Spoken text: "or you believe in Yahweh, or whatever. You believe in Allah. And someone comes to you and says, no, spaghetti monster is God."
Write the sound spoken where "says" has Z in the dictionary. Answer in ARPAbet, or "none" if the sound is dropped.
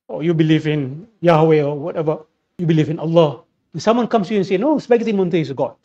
none